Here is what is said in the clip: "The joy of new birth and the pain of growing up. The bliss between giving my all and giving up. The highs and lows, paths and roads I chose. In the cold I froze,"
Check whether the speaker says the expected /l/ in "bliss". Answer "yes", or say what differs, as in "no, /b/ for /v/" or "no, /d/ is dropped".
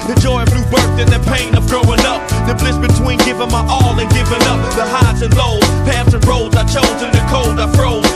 yes